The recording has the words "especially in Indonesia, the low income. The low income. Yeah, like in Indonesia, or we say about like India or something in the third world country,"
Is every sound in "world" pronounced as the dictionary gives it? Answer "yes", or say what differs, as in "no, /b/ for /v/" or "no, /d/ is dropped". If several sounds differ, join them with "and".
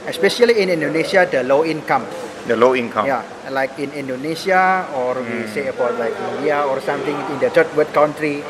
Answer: no, /l/ is dropped